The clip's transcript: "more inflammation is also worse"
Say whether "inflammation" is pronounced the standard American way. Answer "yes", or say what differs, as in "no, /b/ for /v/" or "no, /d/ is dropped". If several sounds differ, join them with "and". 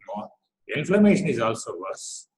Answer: no, /l/ is dropped